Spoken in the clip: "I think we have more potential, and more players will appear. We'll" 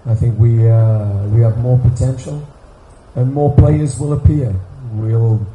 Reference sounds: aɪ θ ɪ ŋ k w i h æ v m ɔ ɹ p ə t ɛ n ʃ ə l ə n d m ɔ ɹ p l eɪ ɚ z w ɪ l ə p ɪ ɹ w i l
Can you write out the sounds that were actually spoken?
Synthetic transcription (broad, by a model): aɪ θ ɪ ŋ k w i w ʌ v m ɔ ɹ p ə t ɛ n ʃ ə l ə n m ɔ ɹ p l eɪ ɚ z w ɪ l ə p ɪ ɹ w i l